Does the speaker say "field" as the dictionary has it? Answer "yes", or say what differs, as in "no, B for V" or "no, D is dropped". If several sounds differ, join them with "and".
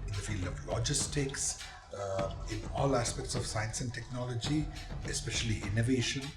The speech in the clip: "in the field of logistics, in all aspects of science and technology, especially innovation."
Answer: yes